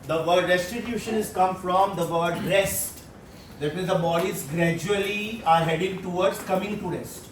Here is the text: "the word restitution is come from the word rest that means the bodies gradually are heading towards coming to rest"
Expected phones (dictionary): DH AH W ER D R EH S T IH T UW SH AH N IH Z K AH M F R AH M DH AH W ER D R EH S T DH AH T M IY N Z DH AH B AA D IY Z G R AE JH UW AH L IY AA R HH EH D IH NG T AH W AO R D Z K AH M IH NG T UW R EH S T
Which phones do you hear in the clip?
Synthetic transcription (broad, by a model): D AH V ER D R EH S T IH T UW SH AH N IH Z K AH M F R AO M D AH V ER D R EH S T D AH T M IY Z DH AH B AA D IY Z G R AE JH UW AH L IY AA R HH EH D IH NG T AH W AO R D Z K AH M IH NG T UW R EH S T